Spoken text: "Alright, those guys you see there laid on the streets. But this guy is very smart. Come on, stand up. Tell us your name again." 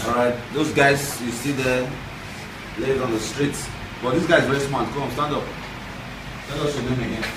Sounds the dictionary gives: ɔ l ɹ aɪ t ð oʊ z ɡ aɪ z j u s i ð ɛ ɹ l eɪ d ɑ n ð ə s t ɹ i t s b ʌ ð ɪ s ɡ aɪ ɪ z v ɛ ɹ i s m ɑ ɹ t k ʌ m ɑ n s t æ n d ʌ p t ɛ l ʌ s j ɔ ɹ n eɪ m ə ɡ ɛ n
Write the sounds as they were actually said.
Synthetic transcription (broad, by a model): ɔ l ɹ aɪ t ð oʊ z ɡ aɪ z j u s i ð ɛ l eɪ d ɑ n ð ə s t ɹ i t s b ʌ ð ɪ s ɡ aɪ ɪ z v ɛ ɹ i s m ɑ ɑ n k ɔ ɑ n s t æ n d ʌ p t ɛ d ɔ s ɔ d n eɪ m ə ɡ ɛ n